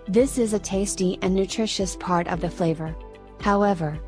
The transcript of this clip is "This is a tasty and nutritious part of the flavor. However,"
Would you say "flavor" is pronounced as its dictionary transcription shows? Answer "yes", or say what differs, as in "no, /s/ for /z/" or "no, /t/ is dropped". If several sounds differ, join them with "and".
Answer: yes